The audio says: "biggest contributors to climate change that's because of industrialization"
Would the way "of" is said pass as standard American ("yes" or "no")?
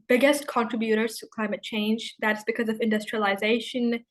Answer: yes